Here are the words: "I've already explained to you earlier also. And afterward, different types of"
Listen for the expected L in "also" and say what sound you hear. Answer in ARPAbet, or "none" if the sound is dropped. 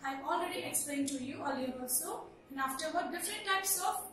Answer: none